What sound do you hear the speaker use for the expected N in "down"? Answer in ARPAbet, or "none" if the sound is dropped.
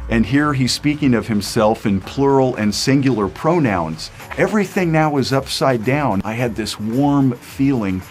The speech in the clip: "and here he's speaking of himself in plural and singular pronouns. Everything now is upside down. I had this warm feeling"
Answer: N